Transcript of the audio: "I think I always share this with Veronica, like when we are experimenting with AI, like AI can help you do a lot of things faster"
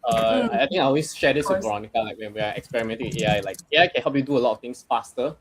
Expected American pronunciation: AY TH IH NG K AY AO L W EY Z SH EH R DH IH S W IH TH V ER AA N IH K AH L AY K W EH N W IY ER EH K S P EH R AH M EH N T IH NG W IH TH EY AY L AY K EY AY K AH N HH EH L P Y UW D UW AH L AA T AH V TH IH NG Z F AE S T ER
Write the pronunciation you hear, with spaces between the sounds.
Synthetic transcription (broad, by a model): AY T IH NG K AY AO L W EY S SH EH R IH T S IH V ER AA N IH K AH L AY K W EH N W IY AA EH K S P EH R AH M EH N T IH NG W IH EY AY L AY K EY AY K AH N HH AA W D Y UW D UW AH L AA T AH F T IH NG S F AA S T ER